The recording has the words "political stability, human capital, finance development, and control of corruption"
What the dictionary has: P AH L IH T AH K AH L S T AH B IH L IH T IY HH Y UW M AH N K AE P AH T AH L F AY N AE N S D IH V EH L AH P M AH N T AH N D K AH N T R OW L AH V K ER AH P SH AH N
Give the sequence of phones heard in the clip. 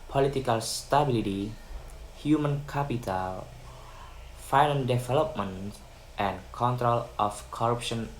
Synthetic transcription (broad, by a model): P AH L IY T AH K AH L S T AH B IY L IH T IY HH Y UW M AH N K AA P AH T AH L F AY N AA N D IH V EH L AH P M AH N T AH N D K AH N T R OW L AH F K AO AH P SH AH N